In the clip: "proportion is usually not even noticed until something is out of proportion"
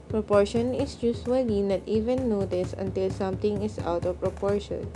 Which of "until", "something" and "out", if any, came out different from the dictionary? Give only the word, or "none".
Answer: something